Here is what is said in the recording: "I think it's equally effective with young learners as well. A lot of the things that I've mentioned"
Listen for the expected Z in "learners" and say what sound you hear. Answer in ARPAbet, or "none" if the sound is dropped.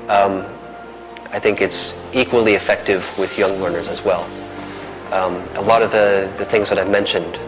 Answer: Z